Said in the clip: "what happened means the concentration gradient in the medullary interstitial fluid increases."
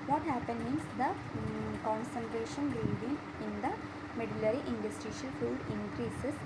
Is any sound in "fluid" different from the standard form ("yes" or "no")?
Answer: yes